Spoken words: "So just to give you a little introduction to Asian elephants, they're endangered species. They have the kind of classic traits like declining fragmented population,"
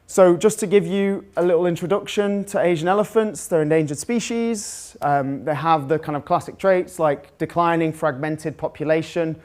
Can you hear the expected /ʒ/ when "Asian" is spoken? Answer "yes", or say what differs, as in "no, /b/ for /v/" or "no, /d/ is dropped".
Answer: yes